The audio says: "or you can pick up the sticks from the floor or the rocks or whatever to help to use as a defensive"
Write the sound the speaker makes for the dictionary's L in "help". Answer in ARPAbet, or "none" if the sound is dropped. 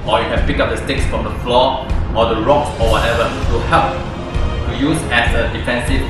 none